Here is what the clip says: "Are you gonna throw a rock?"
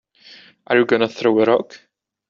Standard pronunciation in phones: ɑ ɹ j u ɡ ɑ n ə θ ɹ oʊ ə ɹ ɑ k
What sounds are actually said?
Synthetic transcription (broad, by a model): ɑ ɹ j u ɡ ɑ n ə θ ɹ oʊ ə ɹ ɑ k